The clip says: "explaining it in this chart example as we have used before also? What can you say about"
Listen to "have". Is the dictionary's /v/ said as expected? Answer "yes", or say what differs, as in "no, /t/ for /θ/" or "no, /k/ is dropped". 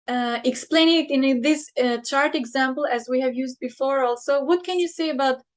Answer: yes